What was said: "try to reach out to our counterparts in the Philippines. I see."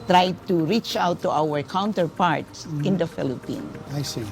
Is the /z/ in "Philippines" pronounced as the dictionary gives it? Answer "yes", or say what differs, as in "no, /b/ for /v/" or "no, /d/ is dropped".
no, /z/ is dropped